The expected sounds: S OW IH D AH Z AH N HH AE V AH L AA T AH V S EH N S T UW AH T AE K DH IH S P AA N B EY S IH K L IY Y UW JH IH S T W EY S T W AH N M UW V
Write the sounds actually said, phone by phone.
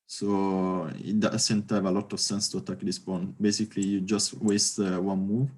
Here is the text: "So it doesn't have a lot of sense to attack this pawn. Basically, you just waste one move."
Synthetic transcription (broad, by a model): S OW IH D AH S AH N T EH V AH L AA T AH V S EH N S T UW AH T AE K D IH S P AA N B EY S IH K L IY Y UW JH IH S T W EY S T W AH N M UW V